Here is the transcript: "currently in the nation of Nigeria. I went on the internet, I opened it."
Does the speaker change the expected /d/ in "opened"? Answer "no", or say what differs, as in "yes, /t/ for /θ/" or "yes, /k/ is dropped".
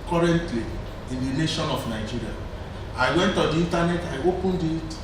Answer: no